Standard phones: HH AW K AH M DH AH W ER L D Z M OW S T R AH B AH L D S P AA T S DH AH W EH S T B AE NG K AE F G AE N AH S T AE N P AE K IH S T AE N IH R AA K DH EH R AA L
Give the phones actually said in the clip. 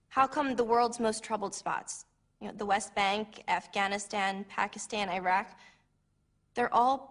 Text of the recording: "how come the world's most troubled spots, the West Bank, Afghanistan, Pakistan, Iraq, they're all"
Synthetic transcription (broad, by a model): HH AW K AH M DH AH W ER L D Z M OW S T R AH B L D S P AA T S DH AH W EH S T B AE NG K AE F G AE N AH S T AE N P AE K IH S T AE N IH R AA K DH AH R AA L